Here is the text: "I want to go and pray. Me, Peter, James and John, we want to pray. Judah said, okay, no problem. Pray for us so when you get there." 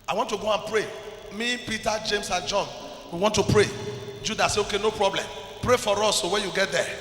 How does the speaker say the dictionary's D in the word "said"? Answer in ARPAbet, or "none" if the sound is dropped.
none